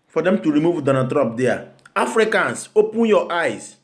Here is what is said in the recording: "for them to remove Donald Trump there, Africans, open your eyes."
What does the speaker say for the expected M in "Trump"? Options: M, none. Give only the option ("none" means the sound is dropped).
none